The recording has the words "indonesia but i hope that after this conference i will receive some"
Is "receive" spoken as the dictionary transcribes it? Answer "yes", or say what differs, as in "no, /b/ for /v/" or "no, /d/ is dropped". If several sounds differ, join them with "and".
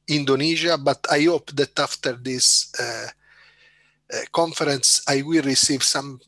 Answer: yes